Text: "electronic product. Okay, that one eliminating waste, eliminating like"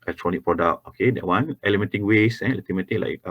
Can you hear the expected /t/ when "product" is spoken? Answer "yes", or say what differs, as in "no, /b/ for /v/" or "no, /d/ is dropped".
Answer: no, /t/ is dropped